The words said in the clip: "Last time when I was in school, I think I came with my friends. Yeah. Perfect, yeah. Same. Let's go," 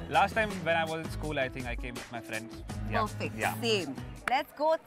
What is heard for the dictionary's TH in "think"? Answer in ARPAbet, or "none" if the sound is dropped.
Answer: T